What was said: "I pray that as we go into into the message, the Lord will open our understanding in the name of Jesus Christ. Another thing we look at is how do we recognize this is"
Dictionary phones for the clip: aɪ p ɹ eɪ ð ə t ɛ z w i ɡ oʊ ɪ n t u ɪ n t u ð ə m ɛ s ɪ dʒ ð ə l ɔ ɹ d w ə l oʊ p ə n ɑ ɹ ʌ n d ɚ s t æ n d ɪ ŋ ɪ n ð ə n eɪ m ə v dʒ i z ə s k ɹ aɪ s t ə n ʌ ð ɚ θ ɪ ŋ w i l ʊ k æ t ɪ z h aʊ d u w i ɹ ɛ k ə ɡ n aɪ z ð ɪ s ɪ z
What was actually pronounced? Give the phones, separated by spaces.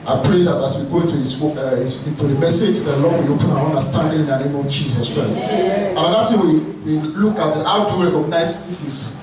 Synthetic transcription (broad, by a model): aɪ p ɹ eɪ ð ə t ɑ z w i ɡ oʊ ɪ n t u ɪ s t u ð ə m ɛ s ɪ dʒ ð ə l ɔ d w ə oʊ p ə n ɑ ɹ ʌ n d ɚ s t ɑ n d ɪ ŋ ɪ n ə n eɪ m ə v dʒ i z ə s k ɹ aɪ s t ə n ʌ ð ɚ t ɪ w w i l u k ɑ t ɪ h aʊ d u ɹ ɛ k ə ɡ n aɪ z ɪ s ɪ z